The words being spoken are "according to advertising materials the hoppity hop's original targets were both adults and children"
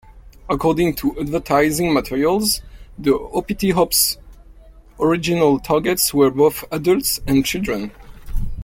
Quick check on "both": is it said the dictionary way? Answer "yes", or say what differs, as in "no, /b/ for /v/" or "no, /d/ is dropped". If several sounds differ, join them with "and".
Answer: yes